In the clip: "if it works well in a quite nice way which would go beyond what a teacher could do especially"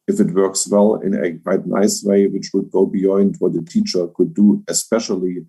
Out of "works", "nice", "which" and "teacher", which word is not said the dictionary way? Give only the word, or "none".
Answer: none